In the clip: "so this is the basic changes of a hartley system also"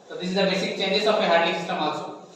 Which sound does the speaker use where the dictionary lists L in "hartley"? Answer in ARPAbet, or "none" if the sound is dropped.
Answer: none